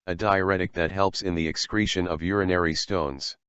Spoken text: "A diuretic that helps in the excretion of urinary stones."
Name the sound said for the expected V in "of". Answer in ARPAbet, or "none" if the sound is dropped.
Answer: V